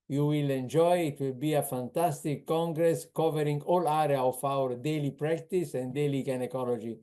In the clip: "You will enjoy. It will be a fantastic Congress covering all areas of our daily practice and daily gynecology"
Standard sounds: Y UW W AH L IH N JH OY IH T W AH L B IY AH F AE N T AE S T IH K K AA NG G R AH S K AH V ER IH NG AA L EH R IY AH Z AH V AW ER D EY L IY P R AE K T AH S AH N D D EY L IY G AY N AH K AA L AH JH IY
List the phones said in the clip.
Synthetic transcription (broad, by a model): Y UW W AH L IH N JH OY IH T W AH L B IY AH F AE N T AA S T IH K K AA NG G R AH S K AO V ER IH NG AA L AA R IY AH AH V AW ER D EY L IY P R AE K T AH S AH N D D EY L IY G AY N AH K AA L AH JH IY